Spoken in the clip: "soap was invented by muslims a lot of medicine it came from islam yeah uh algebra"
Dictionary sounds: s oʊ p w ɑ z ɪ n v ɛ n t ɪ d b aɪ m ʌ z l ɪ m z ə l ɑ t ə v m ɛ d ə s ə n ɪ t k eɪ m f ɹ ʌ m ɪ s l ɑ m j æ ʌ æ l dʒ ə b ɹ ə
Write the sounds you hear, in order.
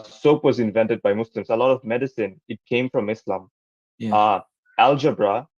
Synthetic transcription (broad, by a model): s oʊ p w ɑ z ɪ n v ɛ n t ɪ d b aɪ m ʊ s l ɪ m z ə l ɑ t ə v m ɛ d ə s ə n ɪ t k eɪ m f ɹ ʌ m ɪ s l ɑ m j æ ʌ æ l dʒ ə b ɹ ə